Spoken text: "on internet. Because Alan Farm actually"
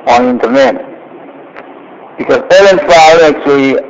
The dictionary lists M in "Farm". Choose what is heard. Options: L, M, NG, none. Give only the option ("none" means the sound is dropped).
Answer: none